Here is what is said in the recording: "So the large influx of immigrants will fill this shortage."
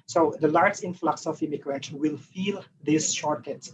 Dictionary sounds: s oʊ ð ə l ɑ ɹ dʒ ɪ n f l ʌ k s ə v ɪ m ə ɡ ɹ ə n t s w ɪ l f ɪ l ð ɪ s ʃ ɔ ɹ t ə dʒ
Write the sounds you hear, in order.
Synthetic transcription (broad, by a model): s oʊ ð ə l ɑ ɹ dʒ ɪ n f l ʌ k s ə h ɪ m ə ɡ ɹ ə t w ɪ l f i l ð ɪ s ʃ ɔ ɹ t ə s